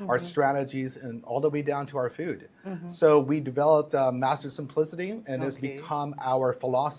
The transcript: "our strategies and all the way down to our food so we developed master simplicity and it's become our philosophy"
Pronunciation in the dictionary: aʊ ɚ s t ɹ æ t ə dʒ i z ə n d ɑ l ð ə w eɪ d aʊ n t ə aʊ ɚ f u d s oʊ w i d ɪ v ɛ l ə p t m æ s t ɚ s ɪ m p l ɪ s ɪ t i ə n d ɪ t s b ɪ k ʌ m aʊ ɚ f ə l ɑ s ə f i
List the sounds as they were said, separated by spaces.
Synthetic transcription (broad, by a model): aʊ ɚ s t ɹ æ t ə dʒ i z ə n ɑ l ð ə w eɪ d aʊ n t ə aʊ ɚ f u d s oʊ w i d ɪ v ɛ l ə p t m æ s t ɚ s ɪ m p l ɪ s ɪ t i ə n ɪ t s b ɪ k ʌ m aʊ ɚ f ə l ɑ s